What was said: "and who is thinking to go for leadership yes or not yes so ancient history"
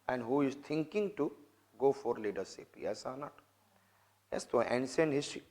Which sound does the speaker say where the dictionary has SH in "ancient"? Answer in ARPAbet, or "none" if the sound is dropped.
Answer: S